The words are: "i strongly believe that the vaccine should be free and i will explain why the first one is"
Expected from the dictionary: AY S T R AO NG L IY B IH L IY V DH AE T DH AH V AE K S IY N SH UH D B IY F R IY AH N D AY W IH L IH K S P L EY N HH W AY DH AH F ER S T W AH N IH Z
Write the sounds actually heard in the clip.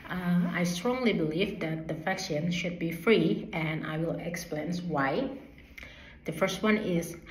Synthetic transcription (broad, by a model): AY S T R AO NG L IY B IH L IY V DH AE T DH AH F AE K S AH N SH UH D B IY F R IY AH N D AY W IH L IH K S P L EY N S W AY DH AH F ER S T W AH N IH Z